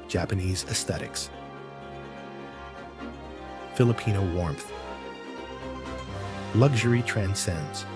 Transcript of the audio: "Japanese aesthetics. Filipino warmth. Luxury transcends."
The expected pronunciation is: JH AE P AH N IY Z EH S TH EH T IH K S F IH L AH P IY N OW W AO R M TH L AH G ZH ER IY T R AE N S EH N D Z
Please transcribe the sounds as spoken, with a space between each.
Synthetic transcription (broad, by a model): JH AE P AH N IY Z EH S TH EH T IH K S F IH L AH P IY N OW W AO R M TH L AH G ZH ER IY T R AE N S EH N D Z